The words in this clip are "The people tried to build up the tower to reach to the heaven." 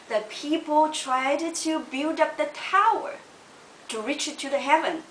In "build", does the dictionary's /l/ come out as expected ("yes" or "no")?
yes